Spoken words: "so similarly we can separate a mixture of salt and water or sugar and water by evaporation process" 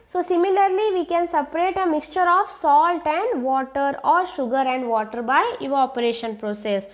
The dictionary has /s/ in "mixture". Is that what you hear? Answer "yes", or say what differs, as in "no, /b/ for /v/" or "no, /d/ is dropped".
yes